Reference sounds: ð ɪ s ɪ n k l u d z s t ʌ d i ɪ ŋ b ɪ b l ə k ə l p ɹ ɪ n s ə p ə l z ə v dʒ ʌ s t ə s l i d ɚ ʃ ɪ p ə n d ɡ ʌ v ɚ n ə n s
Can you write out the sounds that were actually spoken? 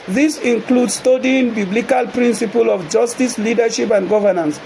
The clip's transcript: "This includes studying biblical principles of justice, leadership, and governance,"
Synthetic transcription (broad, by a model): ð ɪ s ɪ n k l u d s t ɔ d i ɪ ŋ b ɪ b l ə k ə l p ɹ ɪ n s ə p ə l ə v dʒ ʌ s t ə s l i d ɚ ʃ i p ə n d ɡ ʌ v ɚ n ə n s